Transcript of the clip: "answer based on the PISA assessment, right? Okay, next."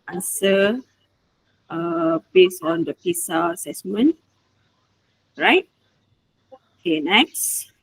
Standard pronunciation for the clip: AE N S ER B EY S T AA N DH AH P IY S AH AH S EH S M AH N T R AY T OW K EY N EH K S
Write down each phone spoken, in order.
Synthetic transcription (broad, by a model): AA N S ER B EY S AA N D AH P IY S AH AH S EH S M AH N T R AY T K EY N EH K S